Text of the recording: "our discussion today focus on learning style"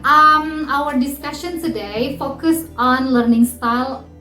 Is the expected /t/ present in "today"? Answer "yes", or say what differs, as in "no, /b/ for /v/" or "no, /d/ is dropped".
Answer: no, /s/ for /t/